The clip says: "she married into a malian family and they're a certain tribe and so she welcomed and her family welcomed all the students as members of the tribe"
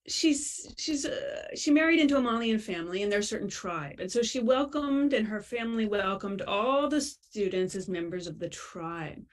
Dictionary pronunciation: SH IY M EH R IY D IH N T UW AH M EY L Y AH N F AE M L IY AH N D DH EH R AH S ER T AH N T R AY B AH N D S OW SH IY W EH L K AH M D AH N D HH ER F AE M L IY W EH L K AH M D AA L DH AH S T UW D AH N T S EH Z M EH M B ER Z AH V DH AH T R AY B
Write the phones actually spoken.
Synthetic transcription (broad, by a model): SH IY M EH R IY D IH N T UW AH M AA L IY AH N F AE M L IY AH N DH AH R S ER T N T R AY B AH N S OW SH IY W EH L K AH M D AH N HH ER F AE M L IY W EH L K AH M D AA L DH AH S T UW D N T S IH Z M EH M B ER Z AH V DH AH T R AY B